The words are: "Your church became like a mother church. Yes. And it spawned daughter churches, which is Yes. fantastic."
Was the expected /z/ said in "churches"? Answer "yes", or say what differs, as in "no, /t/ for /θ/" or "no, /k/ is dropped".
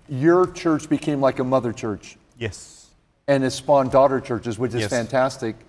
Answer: yes